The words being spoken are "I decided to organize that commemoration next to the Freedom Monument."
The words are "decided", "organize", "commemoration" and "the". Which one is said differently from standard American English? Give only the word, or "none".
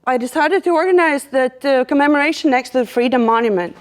none